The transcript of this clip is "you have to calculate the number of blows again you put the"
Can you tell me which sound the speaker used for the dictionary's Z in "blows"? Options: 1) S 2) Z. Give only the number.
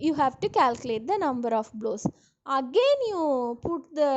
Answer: 1